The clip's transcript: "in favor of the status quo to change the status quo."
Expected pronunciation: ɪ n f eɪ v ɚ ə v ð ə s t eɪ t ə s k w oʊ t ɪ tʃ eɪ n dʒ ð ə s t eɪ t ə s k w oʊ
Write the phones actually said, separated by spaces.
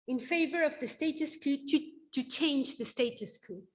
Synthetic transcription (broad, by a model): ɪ n f eɪ v ɚ ə v ð ə s t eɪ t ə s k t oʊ t ɪ tʃ eɪ n dʒ ð ə s t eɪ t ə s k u